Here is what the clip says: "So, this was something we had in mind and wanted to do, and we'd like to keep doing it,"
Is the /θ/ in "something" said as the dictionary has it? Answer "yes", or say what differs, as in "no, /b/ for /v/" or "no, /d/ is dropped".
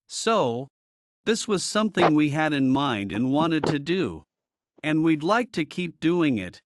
yes